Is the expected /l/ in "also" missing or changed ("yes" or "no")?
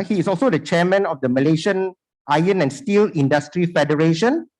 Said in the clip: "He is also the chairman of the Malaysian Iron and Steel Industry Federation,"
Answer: no